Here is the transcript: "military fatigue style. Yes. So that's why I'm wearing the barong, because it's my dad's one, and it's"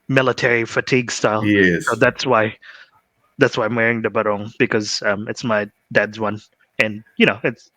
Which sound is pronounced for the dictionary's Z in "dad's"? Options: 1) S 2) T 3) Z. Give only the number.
3